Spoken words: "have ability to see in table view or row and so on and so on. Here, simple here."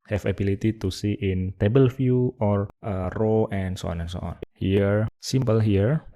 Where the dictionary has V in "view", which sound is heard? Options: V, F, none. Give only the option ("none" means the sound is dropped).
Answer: F